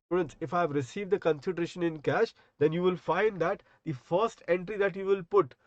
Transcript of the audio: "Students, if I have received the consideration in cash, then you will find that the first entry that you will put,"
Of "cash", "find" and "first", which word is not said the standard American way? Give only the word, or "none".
none